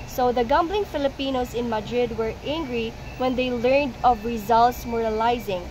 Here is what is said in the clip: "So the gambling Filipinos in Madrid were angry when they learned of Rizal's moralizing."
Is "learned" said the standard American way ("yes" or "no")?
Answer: yes